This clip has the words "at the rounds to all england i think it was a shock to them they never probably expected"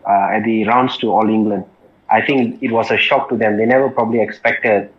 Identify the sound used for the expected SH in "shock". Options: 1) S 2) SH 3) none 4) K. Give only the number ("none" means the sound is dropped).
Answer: 2